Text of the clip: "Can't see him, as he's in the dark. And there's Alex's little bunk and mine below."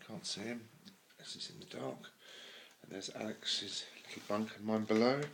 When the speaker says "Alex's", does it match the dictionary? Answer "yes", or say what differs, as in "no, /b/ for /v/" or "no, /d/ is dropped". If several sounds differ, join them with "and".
yes